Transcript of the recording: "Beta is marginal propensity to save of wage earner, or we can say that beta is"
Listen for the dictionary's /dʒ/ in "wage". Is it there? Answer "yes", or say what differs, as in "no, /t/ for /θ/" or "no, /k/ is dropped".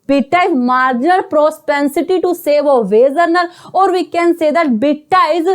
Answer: no, /z/ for /dʒ/